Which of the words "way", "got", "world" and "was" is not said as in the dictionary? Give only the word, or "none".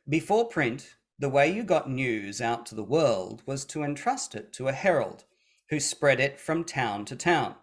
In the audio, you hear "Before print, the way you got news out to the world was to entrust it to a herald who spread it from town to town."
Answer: none